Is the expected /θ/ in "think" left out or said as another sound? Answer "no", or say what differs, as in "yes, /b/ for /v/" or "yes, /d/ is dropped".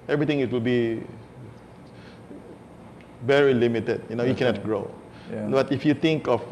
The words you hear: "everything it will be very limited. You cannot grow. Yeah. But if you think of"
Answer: yes, /t/ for /θ/